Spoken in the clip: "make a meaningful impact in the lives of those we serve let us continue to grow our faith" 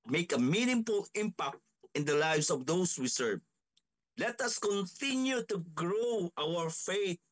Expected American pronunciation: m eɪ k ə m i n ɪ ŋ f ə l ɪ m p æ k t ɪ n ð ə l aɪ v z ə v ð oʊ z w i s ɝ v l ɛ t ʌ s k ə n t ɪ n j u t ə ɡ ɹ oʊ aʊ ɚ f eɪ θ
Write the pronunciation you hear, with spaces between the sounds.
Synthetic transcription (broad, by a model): m eɪ k ə m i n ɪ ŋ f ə l ɪ m p æ k t ɪ n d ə l aɪ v s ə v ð oʊ s w i s ɝ v l ɛ t ʌ s k ə n t ɪ n j u t ə ɡ ɹ oʊ aʊ ɚ f eɪ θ